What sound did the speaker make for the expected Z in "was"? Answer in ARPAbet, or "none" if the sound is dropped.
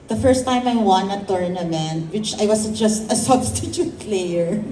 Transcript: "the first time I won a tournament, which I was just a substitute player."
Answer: S